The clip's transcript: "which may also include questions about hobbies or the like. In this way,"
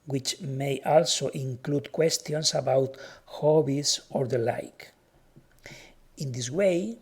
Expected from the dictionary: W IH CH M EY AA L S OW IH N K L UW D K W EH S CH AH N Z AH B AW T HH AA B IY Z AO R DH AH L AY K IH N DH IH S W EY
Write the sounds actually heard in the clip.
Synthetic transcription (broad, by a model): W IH CH M EY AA L S OW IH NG K L UW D K W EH S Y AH N S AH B AW T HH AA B IY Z AO R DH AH L AY K IH N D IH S W EY